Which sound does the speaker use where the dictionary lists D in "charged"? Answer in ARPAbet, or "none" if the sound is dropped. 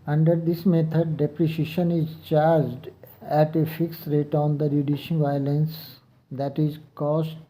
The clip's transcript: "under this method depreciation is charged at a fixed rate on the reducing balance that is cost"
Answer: D